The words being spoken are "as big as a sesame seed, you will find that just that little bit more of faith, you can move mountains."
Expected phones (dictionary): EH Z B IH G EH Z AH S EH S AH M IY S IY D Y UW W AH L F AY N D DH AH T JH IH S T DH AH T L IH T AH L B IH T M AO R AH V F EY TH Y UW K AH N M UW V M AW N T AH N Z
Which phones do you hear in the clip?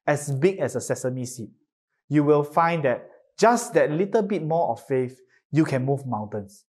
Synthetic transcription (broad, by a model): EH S B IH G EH S AH S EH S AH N IY S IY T Y UW W AH L F AY N D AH T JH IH S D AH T L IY T AH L B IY T M AO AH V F EY F Y UW K AH N M UW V M AW N T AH N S